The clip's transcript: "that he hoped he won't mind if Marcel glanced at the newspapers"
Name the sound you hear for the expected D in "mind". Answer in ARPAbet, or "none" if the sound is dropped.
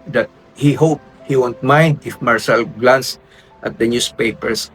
D